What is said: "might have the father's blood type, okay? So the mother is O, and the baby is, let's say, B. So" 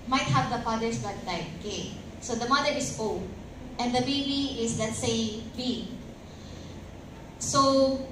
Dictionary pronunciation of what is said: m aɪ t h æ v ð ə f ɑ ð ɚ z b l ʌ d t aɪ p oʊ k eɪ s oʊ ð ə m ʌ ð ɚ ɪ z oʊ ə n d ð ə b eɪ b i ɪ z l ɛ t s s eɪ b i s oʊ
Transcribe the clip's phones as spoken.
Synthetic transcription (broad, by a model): m aɪ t h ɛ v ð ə f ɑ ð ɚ s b ʌ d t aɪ oʊ k eɪ s oʊ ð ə m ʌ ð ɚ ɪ s oʊ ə n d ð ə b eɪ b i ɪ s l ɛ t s s eɪ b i s oʊ